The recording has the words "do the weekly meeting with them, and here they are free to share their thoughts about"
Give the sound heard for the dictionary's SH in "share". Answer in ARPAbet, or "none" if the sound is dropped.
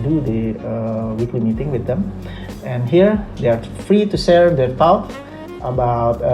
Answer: S